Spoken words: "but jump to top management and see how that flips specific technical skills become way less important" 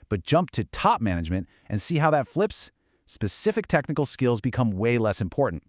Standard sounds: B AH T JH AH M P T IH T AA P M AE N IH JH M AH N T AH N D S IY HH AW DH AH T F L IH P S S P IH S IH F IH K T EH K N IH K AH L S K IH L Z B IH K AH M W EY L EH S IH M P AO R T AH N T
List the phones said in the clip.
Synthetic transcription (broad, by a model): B AH T JH AH M P T IH T AA P M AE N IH JH M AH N T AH N S IY HH AW DH AH T F L IH P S S P IH S IH F IH K T EH K N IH K L S K IH L Z B IH K AH M W EY L EH S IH M P AO R T N T